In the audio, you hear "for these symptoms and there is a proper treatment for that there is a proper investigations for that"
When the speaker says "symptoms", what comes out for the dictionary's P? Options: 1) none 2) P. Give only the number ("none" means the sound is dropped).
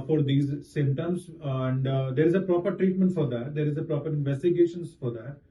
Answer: 1